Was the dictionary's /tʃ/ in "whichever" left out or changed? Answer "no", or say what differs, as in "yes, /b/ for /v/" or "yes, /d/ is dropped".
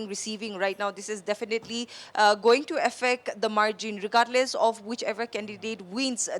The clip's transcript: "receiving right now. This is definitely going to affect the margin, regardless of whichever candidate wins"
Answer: no